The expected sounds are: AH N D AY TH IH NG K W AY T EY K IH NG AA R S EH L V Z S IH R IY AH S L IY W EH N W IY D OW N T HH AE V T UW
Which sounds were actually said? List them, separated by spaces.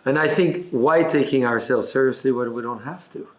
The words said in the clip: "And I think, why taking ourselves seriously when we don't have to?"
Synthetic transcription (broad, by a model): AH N AY TH IH NG K W AY T EY K IH NG AA R S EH L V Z S IH R IY AH S L IY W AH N W IY D OW N T HH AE F T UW